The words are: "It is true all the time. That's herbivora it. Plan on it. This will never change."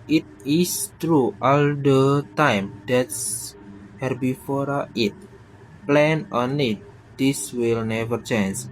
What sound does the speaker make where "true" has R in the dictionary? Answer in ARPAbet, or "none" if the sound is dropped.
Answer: R